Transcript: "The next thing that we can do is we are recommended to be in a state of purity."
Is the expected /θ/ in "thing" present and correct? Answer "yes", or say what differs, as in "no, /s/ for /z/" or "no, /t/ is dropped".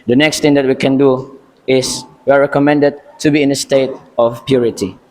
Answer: no, /t/ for /θ/